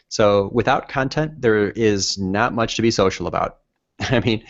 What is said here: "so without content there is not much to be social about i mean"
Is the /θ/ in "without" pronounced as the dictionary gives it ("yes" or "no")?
yes